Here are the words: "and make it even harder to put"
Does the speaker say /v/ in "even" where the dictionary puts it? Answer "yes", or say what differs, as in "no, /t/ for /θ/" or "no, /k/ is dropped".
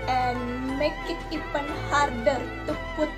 no, /p/ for /v/